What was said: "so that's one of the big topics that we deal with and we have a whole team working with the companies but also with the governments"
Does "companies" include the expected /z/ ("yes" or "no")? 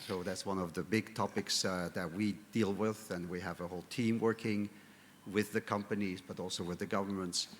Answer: yes